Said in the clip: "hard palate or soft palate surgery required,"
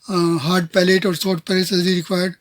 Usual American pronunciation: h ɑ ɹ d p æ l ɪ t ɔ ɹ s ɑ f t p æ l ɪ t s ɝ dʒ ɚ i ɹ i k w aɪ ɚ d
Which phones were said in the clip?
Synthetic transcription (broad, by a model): h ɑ ɹ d p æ l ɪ t ɔ ɹ s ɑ t p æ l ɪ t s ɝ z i ɹ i k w aɪ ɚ d